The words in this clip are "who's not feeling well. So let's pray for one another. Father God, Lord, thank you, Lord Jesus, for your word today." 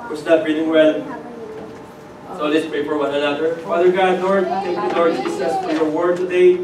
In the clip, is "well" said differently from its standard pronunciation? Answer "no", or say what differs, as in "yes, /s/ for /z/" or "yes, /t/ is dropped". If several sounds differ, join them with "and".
yes, /n/ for /l/